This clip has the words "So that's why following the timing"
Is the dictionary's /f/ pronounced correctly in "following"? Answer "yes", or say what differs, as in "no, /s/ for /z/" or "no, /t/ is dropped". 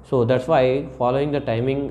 yes